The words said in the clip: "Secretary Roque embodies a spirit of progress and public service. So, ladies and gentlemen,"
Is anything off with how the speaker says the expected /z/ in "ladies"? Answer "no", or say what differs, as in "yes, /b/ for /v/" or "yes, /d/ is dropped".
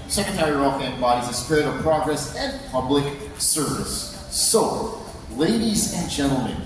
no